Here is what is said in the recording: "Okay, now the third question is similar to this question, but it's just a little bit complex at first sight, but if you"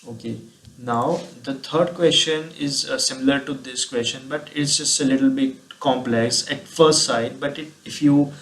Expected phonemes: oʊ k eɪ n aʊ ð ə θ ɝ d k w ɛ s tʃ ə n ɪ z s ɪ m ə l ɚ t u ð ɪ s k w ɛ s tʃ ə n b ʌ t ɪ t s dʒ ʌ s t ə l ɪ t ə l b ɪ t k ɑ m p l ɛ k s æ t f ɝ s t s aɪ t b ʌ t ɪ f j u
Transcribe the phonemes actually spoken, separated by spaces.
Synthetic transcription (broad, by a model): oʊ k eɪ n aʊ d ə t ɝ d k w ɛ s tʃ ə n ɪ z s ɪ m ə l ɚ t u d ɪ s k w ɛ s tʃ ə n b ʌ t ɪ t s dʒ ʌ s t ə l ɪ t ə l b ɪ t k ɑ m p l ɛ k s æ t f ɝ s t s aɪ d b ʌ t ɪ f j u